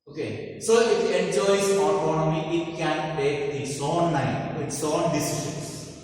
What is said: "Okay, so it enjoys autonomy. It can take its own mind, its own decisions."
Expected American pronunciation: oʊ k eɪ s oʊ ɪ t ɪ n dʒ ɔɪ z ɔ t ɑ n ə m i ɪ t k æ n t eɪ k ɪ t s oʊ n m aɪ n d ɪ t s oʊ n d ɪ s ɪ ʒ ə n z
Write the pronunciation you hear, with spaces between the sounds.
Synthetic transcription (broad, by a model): oʊ k eɪ s oʊ ɪ t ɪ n dʒ ɔɪ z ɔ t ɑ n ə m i ɪ t k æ n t eɪ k ɪ t s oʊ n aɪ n ɪ t s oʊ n d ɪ s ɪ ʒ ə n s